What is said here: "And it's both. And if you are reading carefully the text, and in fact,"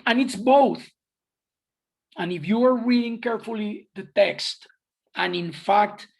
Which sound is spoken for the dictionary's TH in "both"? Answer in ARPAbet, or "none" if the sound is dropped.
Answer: TH